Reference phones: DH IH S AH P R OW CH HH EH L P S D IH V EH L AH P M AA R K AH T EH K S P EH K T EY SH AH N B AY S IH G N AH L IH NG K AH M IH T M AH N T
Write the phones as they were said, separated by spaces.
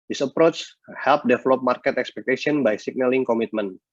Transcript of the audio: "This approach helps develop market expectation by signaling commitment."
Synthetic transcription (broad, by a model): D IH S AH P R OW CH HH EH L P D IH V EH L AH P M AA R K AH T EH K S P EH K T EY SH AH N B AY S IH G N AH L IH NG K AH M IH T M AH N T